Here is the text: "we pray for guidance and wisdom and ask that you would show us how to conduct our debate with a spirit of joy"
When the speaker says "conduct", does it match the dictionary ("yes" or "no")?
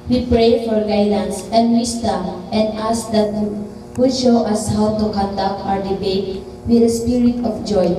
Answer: no